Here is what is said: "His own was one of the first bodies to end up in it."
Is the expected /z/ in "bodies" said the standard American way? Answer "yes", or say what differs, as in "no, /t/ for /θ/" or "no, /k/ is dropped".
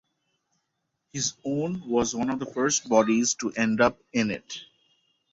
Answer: yes